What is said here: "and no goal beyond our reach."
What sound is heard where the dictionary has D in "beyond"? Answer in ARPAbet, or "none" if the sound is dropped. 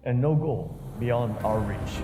D